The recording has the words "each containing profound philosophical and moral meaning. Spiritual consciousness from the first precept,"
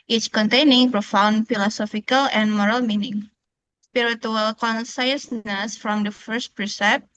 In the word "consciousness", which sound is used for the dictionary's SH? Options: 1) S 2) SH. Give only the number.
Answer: 1